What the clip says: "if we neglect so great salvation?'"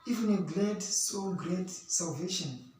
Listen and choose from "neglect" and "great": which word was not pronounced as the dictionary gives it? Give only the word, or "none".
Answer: neglect